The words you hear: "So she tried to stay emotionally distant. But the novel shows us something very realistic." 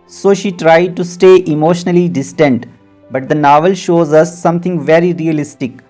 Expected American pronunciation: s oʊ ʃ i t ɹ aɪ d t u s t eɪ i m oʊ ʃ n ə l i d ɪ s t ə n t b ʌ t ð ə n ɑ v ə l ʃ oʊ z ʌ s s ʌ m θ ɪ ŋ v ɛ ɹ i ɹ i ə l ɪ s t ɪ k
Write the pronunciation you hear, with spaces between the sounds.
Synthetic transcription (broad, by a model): s oʊ ʃ i t ɹ aɪ d t u s t eɪ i m oʊ ʃ n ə l i d ɪ s t ə n t b ʌ t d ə n ɑ v ə l ʃ oʊ z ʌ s s ʌ m t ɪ ŋ v ɛ ɹ i ɹ i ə l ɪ s t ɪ k